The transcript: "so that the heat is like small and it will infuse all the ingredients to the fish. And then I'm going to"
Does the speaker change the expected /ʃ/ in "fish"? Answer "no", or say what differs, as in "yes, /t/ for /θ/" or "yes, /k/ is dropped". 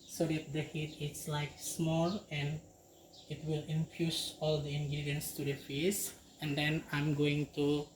yes, /s/ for /ʃ/